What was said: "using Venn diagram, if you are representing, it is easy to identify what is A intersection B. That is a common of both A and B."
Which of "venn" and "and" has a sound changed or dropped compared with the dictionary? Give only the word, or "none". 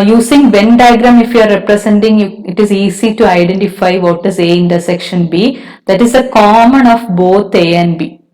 none